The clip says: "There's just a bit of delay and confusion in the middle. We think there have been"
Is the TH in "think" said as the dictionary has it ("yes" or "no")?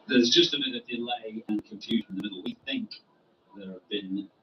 yes